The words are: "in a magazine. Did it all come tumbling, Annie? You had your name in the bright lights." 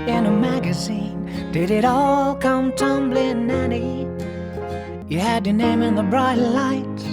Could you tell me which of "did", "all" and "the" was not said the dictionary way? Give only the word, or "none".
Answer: none